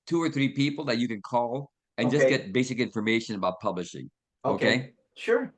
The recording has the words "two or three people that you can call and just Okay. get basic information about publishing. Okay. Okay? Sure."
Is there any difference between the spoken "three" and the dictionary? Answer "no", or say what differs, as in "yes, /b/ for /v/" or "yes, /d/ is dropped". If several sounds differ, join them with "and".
no